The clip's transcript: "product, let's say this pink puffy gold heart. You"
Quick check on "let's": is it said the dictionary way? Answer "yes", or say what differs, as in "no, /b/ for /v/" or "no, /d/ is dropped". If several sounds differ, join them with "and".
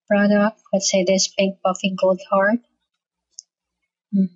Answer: no, /w/ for /l/